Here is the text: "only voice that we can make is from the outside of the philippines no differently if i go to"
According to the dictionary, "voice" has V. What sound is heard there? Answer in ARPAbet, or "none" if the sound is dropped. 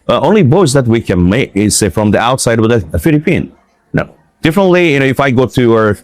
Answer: B